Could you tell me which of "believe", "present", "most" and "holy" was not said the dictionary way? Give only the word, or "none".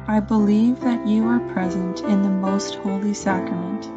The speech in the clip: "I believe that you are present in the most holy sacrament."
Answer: none